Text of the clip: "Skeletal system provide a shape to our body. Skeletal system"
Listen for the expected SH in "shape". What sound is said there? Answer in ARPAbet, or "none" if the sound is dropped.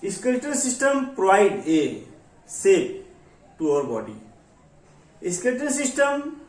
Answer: S